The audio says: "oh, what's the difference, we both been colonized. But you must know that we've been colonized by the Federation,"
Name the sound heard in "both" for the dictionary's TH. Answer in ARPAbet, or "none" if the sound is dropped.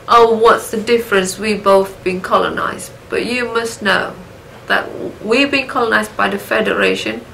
TH